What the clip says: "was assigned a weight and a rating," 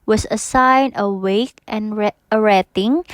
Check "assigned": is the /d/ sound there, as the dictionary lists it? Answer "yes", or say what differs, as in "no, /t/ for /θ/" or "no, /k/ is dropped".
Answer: no, /d/ is dropped